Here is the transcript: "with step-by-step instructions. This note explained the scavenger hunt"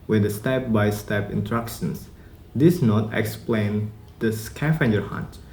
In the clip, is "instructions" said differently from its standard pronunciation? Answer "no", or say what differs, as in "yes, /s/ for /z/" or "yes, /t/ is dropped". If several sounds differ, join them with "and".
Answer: yes, /s/ is dropped